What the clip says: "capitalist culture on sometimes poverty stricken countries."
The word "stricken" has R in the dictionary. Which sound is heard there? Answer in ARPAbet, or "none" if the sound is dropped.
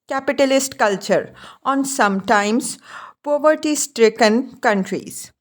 R